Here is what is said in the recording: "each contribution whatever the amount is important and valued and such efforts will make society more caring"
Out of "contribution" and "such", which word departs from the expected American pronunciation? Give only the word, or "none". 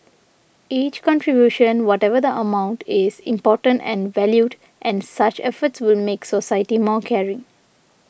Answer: none